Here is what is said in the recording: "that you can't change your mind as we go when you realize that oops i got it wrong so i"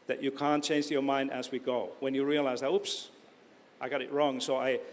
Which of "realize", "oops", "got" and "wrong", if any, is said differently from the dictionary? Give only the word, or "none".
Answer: none